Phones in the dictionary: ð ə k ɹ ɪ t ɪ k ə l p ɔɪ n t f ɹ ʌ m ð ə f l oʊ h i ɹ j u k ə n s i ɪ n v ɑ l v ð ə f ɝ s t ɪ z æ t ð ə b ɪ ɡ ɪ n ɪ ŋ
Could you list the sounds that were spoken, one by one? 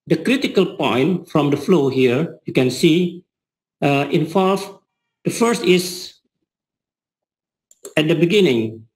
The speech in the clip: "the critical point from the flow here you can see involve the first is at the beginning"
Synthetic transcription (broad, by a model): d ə k ɹ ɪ t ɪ k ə l p ɔɪ n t f ɹ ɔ m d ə f l oʊ h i ɹ j u k ə n s i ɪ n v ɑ l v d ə f ɝ s t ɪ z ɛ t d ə b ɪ ɡ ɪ n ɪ ŋ